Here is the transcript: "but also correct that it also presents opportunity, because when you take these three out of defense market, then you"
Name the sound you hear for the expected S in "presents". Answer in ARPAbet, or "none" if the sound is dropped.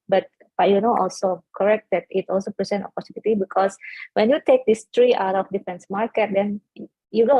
none